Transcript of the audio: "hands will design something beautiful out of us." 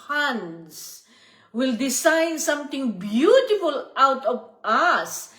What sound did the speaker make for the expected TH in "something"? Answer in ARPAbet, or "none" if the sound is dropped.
T